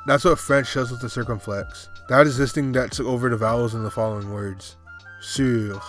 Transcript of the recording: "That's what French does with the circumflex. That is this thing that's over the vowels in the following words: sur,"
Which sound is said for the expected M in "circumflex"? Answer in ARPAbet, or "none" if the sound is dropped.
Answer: M